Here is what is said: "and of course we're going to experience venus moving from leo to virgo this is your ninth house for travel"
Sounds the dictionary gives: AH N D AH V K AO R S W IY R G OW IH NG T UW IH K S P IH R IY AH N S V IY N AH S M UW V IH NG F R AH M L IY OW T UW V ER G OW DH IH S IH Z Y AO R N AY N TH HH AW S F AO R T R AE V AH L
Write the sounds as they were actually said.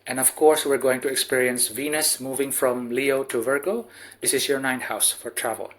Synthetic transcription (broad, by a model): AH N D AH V K AO R S W IY R G OW IH NG T UW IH K S P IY R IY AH N S V IY N AH S M UW V IH NG F R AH M L IY OW T UW V ER G OW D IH S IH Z Y AO R N AY N HH AW S F AO R T R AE V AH L